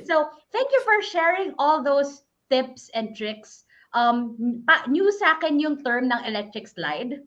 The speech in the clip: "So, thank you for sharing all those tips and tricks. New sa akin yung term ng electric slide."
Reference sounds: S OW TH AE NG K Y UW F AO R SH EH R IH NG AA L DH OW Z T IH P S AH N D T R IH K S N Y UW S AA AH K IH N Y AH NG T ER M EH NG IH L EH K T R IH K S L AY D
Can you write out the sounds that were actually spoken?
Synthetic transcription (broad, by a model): S OW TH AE NG K Y UW F AO R SH EH R IH NG AA L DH OW S T IH P S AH N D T R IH K S N Y UW S AA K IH N Y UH NG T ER M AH NG IH L EH K T R IH K S L AY D